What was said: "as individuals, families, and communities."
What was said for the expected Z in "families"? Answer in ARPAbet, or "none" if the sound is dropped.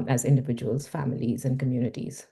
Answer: Z